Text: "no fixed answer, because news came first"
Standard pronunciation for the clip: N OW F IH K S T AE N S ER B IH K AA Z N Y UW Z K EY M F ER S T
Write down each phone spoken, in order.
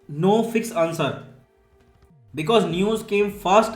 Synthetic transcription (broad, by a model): N OW F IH K S AA N S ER B IH K AA Z N Y UW Z K EY M F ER S T